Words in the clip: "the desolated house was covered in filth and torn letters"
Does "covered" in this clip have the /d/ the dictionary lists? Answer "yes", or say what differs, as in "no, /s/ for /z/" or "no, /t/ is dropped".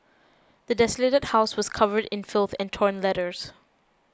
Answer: yes